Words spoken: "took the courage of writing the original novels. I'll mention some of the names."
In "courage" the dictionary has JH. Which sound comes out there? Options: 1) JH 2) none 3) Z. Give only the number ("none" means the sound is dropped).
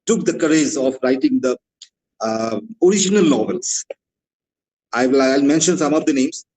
3